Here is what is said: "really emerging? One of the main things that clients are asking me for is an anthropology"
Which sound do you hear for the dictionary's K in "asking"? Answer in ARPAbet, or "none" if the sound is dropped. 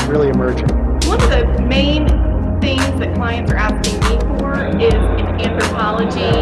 none